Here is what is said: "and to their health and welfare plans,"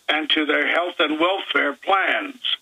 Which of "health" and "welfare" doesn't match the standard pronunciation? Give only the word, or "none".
none